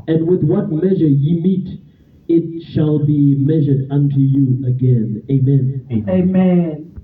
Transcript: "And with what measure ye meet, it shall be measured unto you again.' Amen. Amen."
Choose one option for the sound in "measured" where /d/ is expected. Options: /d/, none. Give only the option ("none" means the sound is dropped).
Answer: /d/